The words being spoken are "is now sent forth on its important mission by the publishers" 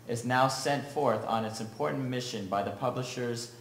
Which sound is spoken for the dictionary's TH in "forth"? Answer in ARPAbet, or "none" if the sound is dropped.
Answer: TH